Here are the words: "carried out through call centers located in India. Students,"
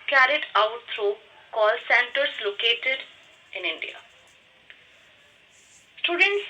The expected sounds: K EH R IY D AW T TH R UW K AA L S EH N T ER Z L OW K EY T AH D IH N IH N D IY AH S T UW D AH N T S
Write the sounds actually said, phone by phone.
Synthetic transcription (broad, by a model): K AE R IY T AW T T R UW K AA L S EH N T ER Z L OW K EY T AH D IH N IH N D IY AH S T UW D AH N T S